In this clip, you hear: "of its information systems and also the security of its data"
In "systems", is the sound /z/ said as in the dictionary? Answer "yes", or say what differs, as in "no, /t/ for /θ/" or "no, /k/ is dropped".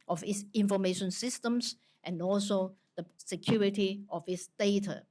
no, /s/ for /z/